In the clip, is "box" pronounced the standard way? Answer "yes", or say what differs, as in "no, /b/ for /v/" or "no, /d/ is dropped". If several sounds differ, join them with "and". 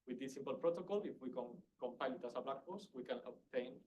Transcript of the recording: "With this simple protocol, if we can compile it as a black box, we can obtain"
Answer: no, /k/ is dropped